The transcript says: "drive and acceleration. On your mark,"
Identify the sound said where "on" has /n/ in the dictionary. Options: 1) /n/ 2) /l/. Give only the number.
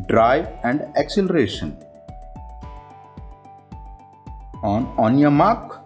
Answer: 1